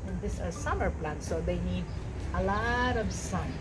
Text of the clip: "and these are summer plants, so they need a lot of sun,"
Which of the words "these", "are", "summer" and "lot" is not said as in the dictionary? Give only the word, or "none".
these